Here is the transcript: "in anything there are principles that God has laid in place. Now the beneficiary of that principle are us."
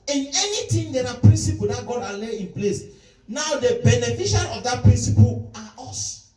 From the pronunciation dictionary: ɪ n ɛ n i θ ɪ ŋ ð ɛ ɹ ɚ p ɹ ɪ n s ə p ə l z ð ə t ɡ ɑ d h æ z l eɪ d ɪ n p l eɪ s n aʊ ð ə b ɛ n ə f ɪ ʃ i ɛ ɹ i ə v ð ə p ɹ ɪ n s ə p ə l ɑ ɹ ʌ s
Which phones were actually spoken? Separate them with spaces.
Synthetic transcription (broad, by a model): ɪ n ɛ n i t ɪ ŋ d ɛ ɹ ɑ p ɹ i n s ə p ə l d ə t ɡ ɑ d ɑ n l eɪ ɪ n p l eɪ s n aʊ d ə b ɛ n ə f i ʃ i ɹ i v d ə p ɹ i n s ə p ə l ɑ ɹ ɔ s